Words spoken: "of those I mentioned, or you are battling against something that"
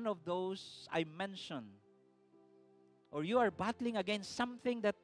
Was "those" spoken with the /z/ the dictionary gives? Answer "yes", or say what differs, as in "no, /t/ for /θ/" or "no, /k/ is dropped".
no, /s/ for /z/